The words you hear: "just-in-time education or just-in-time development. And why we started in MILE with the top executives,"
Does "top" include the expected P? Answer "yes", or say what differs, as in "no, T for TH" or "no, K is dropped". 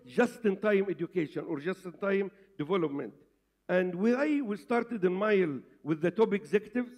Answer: no, B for P